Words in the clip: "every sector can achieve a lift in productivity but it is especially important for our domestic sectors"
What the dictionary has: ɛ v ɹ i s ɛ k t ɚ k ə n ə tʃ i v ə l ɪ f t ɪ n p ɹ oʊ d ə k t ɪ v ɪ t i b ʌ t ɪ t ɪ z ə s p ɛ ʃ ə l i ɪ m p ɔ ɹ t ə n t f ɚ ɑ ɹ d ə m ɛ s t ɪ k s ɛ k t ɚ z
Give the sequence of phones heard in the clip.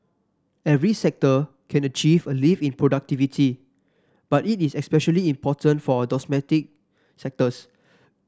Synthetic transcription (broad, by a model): ɛ v ɹ i s ɛ k t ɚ k ə n ə tʃ i v ə l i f ɪ n p ɹ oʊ d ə k t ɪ v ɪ t i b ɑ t ɪ t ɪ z ə s p ɛ ʃ ə l i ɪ m p ɔ t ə n t f ɑ d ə m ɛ t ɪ k s ɛ k t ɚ s